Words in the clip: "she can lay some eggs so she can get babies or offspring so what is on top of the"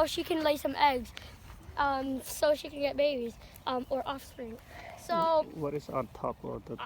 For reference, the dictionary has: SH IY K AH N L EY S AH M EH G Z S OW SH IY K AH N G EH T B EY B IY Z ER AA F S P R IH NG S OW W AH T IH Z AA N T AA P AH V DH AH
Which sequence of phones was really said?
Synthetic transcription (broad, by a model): SH IY K AH N L EY S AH M EH G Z S OW SH IY K AH N G EH T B EY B IY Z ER AA F S P R IH NG S OW W AH T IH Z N T AA P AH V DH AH